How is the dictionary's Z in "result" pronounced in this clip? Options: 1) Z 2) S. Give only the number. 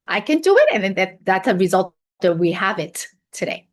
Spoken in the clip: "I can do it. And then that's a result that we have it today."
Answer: 1